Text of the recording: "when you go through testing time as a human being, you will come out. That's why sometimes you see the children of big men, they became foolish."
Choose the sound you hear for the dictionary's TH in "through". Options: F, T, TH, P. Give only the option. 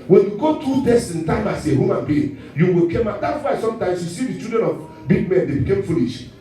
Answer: T